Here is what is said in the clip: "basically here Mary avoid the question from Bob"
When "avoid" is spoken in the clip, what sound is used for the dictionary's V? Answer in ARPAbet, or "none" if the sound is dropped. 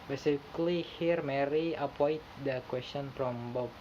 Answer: P